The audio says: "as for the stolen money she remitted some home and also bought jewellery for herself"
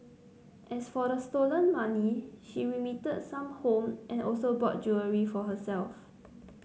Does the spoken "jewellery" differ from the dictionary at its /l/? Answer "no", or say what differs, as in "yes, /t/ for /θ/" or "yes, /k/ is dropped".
yes, /l/ is dropped